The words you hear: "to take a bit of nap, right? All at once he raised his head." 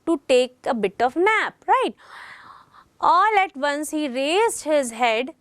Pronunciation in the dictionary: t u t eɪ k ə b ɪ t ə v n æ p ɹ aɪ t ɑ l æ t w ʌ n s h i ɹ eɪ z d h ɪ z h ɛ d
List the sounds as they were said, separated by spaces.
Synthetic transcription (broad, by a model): t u t eɪ k ə b ɪ t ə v n æ p ɹ aɪ t ɑ l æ t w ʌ n s h i ɹ eɪ z d h ɪ z h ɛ d